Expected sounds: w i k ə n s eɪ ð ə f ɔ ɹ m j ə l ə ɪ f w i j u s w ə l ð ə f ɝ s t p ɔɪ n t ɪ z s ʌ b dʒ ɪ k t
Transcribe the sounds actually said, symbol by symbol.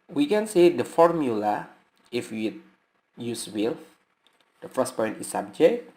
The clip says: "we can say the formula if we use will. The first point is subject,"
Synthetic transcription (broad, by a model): w i k ə n s eɪ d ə f ɔ ɹ m j ə l ə ɪ f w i j u s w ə l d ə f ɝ s p ɔɪ n t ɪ s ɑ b dʒ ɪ k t